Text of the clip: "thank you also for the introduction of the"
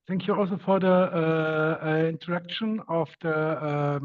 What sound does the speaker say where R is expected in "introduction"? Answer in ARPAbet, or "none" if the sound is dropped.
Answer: none